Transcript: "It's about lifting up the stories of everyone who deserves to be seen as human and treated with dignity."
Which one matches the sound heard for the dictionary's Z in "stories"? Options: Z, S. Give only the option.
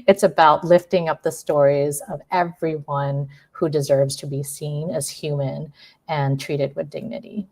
Z